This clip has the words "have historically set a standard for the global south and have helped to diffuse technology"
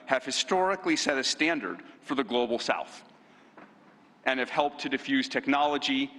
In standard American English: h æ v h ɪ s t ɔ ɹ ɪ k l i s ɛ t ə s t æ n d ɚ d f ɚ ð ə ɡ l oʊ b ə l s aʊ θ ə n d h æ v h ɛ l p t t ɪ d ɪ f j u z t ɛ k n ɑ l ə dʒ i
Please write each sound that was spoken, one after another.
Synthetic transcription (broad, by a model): h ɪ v h ɪ s t ɔ ɹ ɪ k l i s ɛ t ə s t æ n d ɚ d f ɚ ð ə ɡ l oʊ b l s aʊ θ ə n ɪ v h ɛ l p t t ɪ d ɪ f j u z t ɛ k n ɑ l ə dʒ i